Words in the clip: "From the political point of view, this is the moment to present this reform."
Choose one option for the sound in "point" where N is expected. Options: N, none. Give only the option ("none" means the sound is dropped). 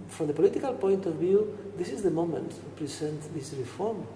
N